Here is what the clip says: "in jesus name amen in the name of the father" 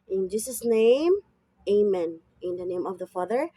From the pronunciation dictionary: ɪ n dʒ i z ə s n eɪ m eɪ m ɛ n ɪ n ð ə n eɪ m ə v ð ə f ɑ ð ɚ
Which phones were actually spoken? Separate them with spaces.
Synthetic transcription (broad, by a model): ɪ n dʒ i s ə s n eɪ m eɪ m ɛ n ɪ n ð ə n eɪ m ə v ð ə f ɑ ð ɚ